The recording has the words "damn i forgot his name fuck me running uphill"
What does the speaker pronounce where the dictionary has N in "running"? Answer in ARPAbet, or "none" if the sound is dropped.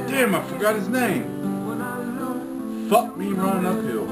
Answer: none